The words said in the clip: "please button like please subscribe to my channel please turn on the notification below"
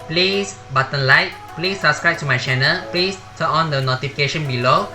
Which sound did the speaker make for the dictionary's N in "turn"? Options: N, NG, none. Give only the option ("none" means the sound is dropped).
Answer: none